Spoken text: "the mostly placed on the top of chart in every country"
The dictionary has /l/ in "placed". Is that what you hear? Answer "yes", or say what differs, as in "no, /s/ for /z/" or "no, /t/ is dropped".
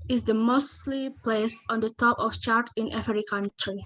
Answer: yes